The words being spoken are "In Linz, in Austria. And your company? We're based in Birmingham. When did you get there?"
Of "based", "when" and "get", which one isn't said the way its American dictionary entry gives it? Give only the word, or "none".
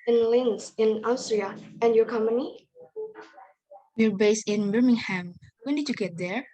based